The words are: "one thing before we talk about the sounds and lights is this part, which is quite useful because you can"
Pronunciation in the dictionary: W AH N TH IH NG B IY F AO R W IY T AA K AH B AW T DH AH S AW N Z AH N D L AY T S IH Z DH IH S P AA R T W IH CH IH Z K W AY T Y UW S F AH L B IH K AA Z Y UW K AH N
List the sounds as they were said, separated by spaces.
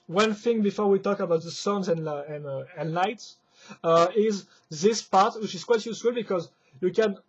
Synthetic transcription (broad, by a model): W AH N TH IH NG B IY F AO R W IY T AA K AH B AW T DH AH S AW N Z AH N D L AY T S IH Z DH IH S P AA R T W IH CH IH Z K W AY T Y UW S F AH L B IH K AA Z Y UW K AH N